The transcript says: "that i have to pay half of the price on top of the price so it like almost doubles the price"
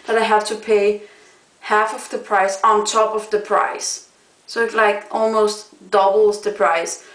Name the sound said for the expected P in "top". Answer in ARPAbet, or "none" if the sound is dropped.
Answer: P